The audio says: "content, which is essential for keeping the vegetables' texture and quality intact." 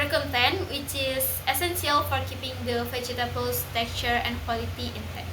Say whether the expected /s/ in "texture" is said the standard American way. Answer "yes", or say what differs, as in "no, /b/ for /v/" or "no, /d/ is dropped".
no, /s/ is dropped